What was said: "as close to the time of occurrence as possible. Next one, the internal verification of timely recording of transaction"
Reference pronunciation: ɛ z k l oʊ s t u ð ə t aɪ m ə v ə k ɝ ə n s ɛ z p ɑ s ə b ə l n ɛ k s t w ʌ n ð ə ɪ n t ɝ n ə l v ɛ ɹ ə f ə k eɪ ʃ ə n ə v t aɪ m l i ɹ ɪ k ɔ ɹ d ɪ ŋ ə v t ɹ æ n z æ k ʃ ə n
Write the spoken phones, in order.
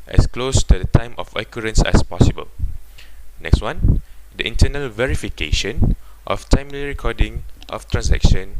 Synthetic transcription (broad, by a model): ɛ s k l oʊ s t u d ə t aɪ m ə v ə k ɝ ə n s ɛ s p ɑ s ə b ə l n ɛ k s t w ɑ n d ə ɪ n t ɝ n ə l v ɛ ɹ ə f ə k eɪ ʃ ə n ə f t aɪ m l i ɹ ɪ k ɔ d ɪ ŋ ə f t ɹ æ n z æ k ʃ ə n